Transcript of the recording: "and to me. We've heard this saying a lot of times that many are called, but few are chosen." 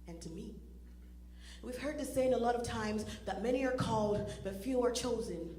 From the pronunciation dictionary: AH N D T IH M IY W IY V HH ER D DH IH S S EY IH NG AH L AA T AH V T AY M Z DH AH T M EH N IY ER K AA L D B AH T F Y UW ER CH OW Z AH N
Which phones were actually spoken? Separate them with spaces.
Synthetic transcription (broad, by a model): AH N T IH M IY W IY V HH ER D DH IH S S EY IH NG AH L AA T AH V T AY M Z DH AH T M EH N IY ER K AA L D B AH T F Y UW ER CH OW Z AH N